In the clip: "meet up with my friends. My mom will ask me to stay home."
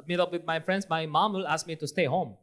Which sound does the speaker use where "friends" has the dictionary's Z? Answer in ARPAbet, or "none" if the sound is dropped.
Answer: S